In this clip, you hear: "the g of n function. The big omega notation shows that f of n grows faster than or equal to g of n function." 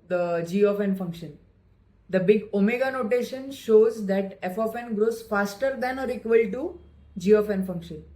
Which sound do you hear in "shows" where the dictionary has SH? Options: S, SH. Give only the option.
SH